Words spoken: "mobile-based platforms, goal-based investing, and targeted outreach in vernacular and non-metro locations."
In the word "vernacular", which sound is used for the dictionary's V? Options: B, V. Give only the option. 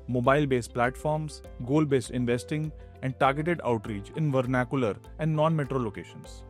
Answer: V